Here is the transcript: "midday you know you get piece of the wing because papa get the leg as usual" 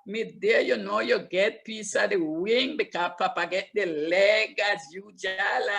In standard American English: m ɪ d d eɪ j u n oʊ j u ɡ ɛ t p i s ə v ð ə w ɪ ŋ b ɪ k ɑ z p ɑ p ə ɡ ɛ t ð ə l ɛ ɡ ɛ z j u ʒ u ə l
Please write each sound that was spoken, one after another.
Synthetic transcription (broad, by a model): m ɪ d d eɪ j u n oʊ j u ɡ ɛ t p i s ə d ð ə w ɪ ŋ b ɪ k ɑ p ɑ p ə ɡ ɛ t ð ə l ɛ ɡ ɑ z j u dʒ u l